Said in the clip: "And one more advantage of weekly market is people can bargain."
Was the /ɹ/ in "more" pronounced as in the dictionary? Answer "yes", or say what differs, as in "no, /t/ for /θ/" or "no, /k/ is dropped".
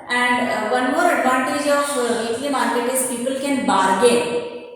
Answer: yes